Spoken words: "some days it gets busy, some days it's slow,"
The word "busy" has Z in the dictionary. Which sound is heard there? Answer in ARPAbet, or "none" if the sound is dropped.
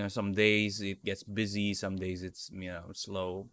Z